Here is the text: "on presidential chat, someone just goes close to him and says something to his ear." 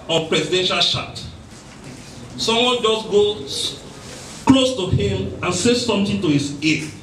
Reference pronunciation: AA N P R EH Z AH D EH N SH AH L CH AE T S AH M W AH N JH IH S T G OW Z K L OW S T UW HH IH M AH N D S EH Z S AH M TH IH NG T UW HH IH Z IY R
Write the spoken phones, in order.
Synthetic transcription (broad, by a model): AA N P R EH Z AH D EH N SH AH L SH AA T S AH M W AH N JH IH S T G OW K L OW S T UW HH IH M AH N S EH S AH M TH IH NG T UW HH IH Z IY